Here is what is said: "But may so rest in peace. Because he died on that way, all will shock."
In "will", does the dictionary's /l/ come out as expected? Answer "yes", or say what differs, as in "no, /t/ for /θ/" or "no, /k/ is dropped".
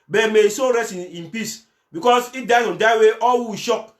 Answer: no, /w/ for /l/